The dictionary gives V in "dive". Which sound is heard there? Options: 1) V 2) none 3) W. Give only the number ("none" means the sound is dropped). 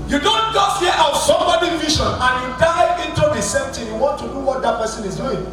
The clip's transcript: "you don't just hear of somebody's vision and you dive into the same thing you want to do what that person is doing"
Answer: 2